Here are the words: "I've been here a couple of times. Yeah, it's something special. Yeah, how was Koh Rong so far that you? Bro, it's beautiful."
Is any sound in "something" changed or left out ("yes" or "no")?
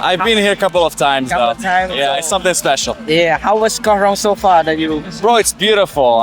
no